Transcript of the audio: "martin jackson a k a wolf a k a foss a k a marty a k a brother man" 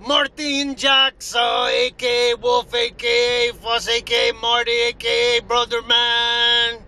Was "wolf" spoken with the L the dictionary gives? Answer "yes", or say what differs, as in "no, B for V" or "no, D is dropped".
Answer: no, L is dropped